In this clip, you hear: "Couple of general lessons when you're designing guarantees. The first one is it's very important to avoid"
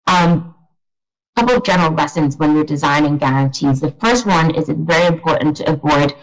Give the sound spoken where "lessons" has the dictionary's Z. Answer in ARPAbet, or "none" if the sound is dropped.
Z